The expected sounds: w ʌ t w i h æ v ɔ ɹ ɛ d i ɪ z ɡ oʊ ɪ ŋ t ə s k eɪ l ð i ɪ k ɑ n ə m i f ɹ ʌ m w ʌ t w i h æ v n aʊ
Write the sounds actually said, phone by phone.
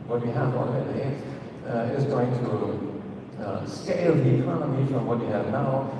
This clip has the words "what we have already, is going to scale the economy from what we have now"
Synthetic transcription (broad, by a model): w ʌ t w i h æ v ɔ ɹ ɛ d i ɪ z ɡ oʊ ɪ ŋ t ə s k eɪ l ð i ɪ k ɑ n ə m i f ɹ ʌ m w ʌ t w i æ v n aʊ